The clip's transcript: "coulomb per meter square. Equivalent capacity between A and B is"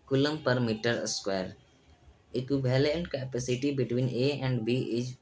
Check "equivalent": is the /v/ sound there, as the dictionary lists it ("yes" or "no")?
no